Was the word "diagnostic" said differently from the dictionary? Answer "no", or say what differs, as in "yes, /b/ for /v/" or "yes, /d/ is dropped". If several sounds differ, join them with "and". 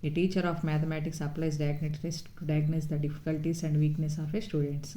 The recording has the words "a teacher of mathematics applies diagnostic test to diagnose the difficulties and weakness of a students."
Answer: yes, /s/ is dropped